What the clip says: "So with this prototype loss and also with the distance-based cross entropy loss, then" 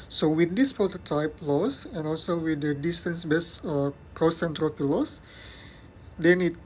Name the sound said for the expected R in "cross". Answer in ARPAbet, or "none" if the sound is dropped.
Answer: none